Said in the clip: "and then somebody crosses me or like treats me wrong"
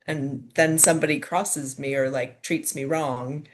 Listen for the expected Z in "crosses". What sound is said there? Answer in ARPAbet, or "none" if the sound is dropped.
Z